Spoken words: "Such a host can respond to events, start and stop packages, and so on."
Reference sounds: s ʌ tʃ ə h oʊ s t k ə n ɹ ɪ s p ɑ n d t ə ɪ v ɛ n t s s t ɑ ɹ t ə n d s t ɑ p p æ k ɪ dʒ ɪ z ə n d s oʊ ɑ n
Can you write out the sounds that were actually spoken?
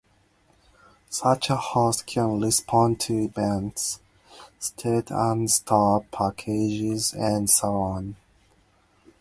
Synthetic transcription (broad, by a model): s ʌ tʃ ə h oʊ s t k ə n l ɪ s p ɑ n t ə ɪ b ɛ n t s s t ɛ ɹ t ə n s t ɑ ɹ p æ k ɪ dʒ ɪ z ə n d s oʊ ɑ n